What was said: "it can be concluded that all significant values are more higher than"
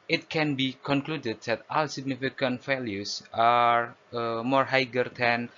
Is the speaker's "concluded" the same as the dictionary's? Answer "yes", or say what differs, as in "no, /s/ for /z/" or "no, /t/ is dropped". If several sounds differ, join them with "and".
yes